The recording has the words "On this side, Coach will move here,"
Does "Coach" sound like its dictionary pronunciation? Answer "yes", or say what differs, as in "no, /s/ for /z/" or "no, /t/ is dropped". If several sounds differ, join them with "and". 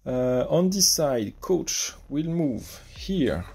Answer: yes